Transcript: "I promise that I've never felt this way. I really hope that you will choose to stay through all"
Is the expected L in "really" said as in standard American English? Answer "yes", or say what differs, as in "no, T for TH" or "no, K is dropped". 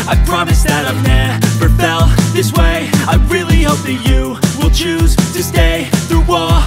yes